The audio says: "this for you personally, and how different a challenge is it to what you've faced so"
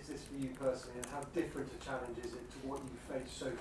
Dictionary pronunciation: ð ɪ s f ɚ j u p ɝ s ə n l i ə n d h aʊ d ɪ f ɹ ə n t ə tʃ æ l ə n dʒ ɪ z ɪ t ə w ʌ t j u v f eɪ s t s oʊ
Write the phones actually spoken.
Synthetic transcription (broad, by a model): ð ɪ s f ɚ j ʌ p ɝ s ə n l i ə n h aʊ d ɪ f ɹ ə n t ə tʃ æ l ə n dʒ ɪ z ɪ t ə w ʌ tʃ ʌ f eɪ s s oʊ